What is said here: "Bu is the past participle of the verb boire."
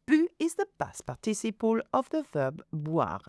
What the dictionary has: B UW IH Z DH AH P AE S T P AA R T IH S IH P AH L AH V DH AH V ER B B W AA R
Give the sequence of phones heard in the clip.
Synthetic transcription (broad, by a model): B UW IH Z DH AH B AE S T P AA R T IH S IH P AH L AH V DH AH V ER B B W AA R